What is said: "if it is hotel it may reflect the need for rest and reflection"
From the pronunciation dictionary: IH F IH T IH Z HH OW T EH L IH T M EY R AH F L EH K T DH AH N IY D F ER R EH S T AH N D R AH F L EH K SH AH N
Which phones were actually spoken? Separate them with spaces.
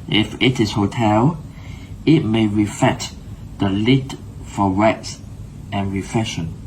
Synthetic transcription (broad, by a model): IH F IH T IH S HH OW T EH L IH T M EY R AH F EH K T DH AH L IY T F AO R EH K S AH N R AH F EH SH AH N